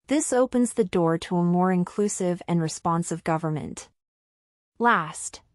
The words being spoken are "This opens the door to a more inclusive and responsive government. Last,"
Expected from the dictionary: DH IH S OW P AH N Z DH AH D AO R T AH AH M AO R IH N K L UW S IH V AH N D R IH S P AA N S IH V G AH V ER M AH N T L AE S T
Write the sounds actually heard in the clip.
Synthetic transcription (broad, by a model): DH IH S OW P AH N Z DH AH D AO R T AH AH M AO R IH N K L UW S IH V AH N R IH S P AA N S IH V G AH V ER M AH N T L AE S T